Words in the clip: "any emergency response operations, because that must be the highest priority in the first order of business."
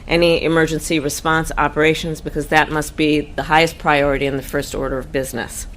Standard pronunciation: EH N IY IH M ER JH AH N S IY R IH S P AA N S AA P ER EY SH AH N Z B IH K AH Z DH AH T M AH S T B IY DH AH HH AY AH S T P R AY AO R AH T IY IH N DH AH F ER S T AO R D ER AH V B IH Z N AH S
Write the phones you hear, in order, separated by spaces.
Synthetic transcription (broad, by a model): EH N IY IH M ER JH AH N S IY R IH S P AA N S AA P ER EY SH AH N Z B IH K AH Z DH AH T M AH S T B IY DH AH HH AY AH S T P R AY AO R AH T IY IH N DH AH F ER S T AO R D ER AH V B IH Z N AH S